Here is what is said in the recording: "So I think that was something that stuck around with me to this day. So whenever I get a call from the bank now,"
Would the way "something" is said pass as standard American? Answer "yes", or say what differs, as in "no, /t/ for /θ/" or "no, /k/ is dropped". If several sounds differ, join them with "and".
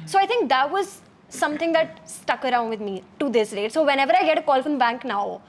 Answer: no, /t/ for /θ/